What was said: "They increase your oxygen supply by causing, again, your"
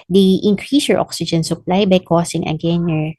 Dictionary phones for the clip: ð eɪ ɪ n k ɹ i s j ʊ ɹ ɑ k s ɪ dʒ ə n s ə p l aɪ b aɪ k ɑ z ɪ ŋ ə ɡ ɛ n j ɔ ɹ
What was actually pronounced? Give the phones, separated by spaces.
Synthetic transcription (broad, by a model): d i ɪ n k ɹ i s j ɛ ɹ ɑ k s ɪ dʒ ə n s ə p l aɪ b aɪ k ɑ s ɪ ŋ ə ɡ ɛ n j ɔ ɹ